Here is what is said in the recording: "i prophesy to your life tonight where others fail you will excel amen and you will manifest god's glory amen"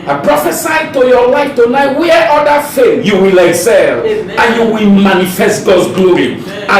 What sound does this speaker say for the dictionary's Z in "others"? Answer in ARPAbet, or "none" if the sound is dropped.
none